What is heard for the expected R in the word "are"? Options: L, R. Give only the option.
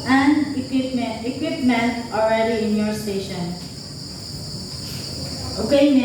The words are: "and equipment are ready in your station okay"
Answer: L